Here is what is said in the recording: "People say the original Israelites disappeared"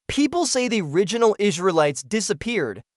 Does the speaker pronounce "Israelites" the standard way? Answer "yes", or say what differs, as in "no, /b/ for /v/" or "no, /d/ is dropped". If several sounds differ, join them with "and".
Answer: yes